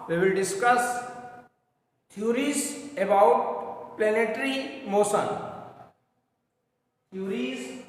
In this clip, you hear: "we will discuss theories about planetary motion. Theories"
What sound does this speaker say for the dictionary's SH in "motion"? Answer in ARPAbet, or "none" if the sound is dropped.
S